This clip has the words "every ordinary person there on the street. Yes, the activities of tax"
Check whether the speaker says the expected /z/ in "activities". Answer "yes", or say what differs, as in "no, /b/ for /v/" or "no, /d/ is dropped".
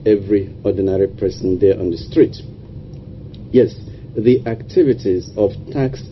yes